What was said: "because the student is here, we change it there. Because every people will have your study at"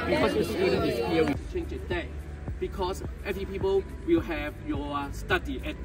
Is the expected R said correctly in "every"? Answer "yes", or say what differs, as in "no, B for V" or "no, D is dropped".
no, R is dropped